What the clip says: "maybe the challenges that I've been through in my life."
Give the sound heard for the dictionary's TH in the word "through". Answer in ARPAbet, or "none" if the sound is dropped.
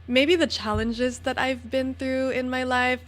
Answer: TH